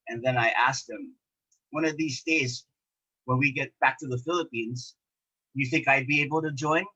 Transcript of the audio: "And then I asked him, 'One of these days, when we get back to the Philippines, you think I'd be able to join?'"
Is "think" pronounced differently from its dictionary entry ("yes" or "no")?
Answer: no